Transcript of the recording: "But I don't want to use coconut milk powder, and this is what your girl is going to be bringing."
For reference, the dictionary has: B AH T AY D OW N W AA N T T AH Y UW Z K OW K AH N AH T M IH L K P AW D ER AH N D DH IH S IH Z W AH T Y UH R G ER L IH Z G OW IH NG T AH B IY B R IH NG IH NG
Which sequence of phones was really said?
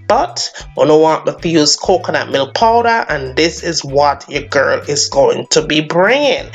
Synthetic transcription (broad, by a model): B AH T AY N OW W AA T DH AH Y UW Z K OW K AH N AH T M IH L P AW D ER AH N DH IH S IH Z W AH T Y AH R G ER L IH Z G OW IH NG T AH B IY B R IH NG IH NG